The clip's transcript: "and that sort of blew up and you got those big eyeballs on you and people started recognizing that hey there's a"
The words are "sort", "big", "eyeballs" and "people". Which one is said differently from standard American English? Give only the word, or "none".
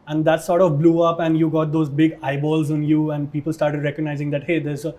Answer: none